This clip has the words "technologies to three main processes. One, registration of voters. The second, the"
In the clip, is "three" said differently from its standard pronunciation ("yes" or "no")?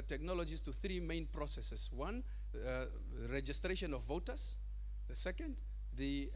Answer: no